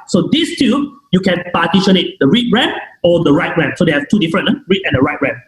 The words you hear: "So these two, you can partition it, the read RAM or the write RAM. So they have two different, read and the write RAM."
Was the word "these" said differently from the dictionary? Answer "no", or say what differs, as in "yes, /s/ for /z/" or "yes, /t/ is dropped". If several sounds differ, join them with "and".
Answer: yes, /s/ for /z/